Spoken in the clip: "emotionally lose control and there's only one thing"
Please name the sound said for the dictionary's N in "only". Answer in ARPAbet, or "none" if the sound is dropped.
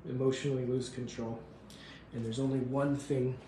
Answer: N